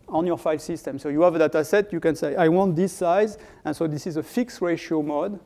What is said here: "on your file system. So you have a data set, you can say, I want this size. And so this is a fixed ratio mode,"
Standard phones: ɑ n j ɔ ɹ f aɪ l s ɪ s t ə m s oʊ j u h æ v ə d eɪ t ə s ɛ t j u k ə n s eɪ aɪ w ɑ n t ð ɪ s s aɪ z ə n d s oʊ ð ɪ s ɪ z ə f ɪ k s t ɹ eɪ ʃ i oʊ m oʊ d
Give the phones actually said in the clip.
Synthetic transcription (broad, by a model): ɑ n j ɔ ɹ f aɪ l s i s t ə m s oʊ j u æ v ə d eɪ t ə s ɛ t j u k ə n s eɪ aɪ w ɑ n t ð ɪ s s aɪ z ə n s oʊ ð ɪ s ɪ z ə f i k s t ɹ eɪ ʃ i oʊ m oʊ d